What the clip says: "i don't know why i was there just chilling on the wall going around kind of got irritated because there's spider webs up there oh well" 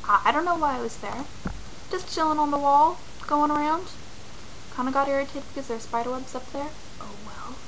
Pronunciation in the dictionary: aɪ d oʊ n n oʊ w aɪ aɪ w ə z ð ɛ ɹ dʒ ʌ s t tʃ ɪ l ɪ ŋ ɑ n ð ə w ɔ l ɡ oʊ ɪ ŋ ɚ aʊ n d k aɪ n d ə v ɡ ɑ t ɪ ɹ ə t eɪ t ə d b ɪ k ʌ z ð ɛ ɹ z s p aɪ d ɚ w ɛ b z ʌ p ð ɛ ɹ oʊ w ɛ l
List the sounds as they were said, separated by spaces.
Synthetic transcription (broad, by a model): aɪ d oʊ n n oʊ w aɪ aɪ w ə z ð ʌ ɹ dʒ ʌ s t tʃ ɪ l ɪ ŋ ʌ n ð ə w ɔ l ɡ oʊ ɪ ŋ ɚ aʊ n d k aɪ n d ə ɡ ɑ t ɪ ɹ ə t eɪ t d b ɪ k ʌ z ð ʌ ɹ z s p aɪ d ɚ w ɛ b z ʌ p ð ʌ ɹ oʊ w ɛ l